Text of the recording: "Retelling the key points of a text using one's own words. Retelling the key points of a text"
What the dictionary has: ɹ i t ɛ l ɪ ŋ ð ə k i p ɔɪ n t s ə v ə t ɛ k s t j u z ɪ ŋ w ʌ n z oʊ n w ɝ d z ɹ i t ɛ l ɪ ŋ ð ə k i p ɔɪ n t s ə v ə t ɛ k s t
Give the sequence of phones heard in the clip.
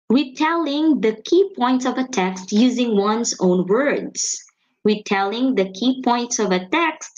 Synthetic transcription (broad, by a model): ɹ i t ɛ l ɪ ŋ ð ə k i p ɔɪ n t s ə v ə t ɛ k s t j u z ɪ ŋ w ʌ n z oʊ n w ɝ d z ɹ i t ɛ l ɪ ŋ ð ə k i p ɔɪ n t s ə v ə t ɛ k s t